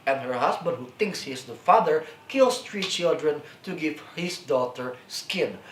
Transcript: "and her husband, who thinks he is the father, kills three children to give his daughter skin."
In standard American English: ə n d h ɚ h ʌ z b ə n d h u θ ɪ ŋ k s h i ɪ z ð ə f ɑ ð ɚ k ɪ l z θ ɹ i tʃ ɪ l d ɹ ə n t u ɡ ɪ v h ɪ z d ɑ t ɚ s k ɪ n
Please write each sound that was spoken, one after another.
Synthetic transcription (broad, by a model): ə n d h ɚ h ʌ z b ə n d h u θ ɪ ŋ k s h i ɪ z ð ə f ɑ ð ɚ k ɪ l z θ ɹ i tʃ ɪ l d ɹ ə n t u ɡ ɪ v h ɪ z d ɑ t ɚ s k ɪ n